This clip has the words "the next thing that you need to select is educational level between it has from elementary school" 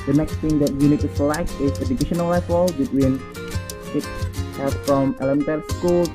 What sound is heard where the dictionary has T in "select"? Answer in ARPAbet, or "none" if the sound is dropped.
none